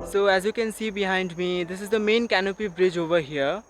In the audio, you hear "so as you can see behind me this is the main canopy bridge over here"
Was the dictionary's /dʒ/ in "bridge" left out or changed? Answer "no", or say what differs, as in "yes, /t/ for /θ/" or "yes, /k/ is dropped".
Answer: no